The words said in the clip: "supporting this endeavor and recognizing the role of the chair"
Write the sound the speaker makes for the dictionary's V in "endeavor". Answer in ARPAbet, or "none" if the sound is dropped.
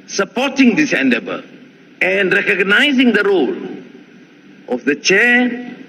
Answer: B